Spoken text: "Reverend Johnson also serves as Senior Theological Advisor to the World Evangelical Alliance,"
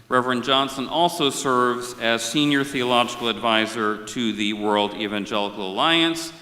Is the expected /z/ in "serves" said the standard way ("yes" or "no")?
yes